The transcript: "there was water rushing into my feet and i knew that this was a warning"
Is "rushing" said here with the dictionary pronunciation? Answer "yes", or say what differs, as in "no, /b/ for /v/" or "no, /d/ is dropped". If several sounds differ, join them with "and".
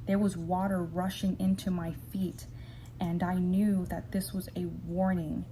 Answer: yes